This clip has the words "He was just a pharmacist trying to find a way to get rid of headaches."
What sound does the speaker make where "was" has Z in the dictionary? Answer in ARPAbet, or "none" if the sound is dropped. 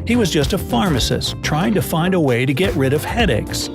Z